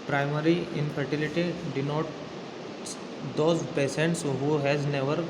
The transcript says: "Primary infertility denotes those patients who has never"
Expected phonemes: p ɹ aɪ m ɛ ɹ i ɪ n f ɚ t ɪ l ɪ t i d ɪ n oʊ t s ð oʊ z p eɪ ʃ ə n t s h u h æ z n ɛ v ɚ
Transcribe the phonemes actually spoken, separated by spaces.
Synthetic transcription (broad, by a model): p ɹ aɪ m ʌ ɹ i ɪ n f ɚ t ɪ l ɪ t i d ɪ n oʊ t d oʊ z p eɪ s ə n t s h u h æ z n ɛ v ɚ